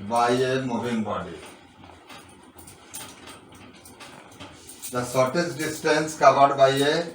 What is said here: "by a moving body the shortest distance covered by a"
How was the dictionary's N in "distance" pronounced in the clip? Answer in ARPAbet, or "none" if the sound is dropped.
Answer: N